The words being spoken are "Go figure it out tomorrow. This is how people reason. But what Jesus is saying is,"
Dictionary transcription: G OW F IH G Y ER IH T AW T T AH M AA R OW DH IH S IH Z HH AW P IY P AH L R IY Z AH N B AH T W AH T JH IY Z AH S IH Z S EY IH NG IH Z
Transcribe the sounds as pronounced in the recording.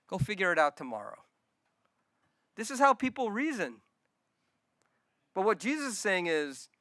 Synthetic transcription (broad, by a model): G OW F IH G Y ER IH T AW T T AH M AA R OW DH IH S IH Z HH AW P IY P L R IY Z AH N B AH T W AH T JH IY Z AH S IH S EY IH NG IH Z